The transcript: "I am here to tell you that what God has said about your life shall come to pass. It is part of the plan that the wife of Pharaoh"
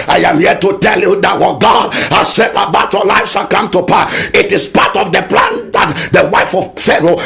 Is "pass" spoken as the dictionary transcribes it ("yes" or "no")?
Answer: no